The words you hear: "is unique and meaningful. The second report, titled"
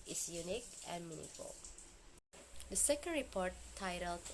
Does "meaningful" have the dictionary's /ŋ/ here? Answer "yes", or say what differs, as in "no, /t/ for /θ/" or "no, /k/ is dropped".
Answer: no, /ŋ/ is dropped